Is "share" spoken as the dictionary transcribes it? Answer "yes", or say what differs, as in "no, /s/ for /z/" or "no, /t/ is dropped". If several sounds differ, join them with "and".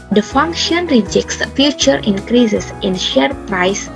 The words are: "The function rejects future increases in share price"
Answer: yes